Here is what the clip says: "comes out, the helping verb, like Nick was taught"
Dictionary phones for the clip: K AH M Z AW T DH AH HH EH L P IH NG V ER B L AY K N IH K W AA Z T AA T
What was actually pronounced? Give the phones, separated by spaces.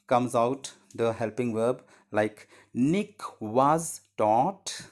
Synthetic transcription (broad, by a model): K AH M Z AW T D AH HH EH L P IH NG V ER B L AY K N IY K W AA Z T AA T